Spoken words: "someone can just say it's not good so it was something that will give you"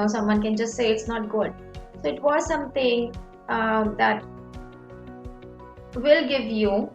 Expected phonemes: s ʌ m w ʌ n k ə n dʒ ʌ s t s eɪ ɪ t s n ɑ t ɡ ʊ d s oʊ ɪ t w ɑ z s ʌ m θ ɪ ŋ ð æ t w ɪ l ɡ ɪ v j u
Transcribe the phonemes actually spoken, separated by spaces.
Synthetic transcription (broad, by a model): s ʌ m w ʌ n k ə n dʒ ʌ s t s eɪ ɪ t s n ɑ t ɡ ʊ d s oʊ ɪ t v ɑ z s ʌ m t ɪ ŋ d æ t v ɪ l ɡ ɪ v j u